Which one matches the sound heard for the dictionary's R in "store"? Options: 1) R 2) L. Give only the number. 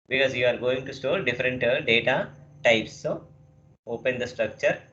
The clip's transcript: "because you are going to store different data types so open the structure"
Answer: 2